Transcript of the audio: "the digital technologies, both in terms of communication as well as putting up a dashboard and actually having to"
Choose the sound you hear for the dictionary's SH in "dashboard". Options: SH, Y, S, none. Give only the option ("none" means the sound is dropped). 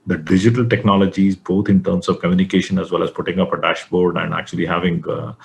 SH